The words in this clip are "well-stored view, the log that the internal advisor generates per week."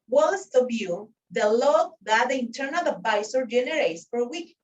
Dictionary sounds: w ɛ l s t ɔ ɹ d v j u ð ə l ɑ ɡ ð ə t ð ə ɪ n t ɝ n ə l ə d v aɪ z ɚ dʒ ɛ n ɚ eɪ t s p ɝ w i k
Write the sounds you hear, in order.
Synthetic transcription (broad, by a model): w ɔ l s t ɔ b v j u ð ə l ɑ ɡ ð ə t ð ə ɪ n t ɝ n ə l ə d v aɪ s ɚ dʒ ɛ n ɚ eɪ t s f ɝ w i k